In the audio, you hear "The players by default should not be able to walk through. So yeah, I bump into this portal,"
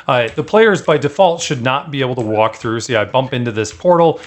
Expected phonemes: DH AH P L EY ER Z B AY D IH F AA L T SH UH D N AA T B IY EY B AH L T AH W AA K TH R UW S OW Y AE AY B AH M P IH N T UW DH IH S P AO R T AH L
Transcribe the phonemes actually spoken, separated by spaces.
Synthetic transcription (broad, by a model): DH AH P L EY ER Z B AY D IH F AA L T SH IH D N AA T B IY EY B L T AH W AA K TH R UW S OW AY B AH M P IH N T UW DH IH S P AO R T L